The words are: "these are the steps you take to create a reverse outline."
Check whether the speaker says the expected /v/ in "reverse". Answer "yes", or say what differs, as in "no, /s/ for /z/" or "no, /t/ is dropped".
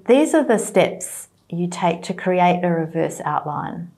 yes